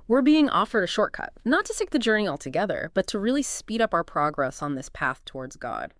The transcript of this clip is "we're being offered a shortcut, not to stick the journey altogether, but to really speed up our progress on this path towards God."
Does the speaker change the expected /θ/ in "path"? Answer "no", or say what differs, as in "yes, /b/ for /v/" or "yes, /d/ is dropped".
no